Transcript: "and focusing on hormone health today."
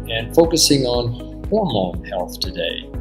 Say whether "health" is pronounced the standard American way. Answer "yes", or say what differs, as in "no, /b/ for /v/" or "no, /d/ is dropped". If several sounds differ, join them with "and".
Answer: yes